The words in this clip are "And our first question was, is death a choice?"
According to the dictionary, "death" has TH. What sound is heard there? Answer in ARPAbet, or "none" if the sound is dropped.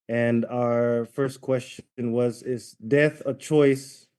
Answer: TH